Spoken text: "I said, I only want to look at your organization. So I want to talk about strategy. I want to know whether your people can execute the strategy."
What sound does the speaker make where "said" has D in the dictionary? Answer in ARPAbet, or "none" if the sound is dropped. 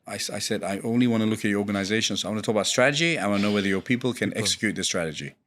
D